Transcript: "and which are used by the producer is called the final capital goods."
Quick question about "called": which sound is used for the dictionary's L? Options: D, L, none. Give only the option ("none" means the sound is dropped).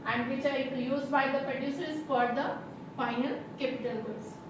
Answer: none